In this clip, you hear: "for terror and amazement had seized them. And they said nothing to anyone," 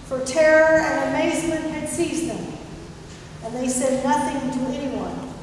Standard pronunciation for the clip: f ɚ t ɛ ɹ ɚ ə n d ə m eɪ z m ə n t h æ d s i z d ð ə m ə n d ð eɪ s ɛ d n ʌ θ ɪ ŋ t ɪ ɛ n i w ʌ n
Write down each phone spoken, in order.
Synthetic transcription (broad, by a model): f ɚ t ɛ ɹ ɚ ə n ə m eɪ z m ə n t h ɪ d s i z ð ə m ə n ð eɪ s ɛ d n ʌ θ ɪ ŋ t ɪ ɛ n i w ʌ n